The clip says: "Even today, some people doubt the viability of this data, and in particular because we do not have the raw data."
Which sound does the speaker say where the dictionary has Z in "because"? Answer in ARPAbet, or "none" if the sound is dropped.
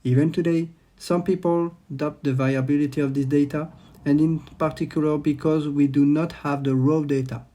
Z